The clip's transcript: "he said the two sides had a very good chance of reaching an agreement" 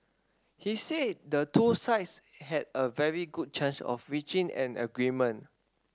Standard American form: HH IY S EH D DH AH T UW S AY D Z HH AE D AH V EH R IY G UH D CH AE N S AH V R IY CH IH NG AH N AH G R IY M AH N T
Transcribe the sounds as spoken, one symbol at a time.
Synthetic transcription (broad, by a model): HH IY S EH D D AH T UW S AY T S HH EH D AH V EH R IY G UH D CH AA N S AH F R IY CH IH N AH N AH G R IY M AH N